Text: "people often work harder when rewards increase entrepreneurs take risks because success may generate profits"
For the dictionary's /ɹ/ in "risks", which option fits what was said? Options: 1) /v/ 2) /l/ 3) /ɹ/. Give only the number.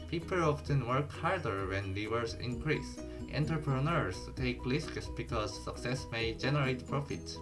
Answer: 2